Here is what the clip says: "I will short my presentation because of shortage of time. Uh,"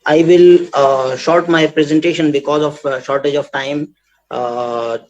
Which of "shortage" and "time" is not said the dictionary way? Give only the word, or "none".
none